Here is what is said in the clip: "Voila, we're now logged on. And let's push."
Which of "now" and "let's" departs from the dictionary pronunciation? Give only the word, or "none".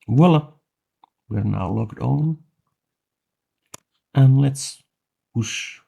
none